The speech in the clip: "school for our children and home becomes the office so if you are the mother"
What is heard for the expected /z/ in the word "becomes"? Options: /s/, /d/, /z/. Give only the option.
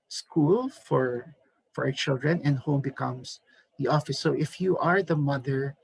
/s/